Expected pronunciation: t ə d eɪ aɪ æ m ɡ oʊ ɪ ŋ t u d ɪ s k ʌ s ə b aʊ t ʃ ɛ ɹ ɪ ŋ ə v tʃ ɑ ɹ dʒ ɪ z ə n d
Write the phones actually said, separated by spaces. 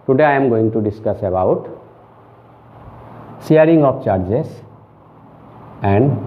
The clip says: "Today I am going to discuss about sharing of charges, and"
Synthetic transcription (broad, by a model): t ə d eɪ aɪ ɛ m ɡ oʊ ɪ ŋ t u d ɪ s k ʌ s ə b aʊ t s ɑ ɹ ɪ ŋ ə p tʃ ɑ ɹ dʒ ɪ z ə n d